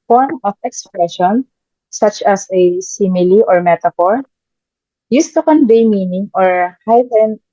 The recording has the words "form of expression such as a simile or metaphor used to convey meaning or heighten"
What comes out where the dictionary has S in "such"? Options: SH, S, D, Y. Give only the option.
S